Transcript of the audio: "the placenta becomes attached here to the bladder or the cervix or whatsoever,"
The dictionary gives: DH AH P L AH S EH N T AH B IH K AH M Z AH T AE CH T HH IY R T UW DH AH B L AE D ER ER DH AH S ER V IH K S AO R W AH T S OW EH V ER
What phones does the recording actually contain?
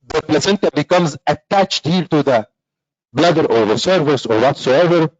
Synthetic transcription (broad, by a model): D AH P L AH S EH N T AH B IH K AH M Z AH T AE CH T HH IY R T UW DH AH B L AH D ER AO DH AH S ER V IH S AO R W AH T S OW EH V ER